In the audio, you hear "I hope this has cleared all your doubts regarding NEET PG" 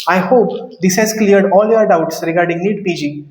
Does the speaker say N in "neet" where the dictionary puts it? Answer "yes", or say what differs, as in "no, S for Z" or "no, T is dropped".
no, L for N